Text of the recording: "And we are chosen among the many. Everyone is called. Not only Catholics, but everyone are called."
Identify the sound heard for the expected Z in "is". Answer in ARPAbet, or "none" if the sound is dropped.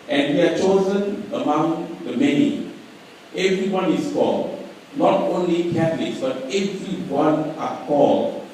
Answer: S